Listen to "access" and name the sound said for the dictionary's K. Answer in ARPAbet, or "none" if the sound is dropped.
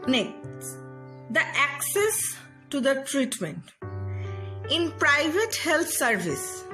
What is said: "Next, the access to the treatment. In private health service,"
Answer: K